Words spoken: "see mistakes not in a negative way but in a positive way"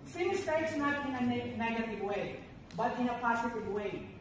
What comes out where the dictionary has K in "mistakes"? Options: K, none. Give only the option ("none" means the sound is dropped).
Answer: none